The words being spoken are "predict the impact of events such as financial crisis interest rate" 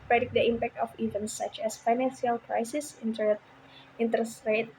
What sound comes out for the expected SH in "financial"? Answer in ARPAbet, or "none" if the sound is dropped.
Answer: S